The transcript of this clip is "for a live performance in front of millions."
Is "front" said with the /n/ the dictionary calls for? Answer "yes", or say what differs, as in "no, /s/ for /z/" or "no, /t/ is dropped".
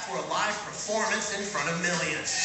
no, /n/ is dropped